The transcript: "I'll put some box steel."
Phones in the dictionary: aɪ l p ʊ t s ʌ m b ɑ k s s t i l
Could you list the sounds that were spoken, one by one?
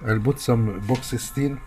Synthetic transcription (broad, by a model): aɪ l b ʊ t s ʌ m b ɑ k s s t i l